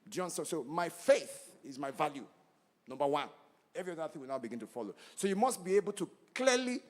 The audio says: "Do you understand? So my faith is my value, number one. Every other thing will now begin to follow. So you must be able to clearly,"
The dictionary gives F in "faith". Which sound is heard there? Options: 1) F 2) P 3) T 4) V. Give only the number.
1